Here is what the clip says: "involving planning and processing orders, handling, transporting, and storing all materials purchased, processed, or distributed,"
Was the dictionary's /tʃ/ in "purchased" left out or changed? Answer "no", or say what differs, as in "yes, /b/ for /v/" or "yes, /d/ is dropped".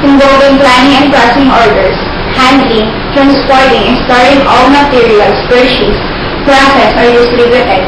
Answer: yes, /ʃ/ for /tʃ/